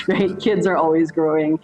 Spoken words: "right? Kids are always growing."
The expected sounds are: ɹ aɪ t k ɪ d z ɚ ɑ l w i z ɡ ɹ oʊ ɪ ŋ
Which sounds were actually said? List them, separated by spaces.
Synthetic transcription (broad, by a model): ɹ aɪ t k ɪ d z ɚ ɑ l w i z ɡ ɹ oʊ ɪ ŋ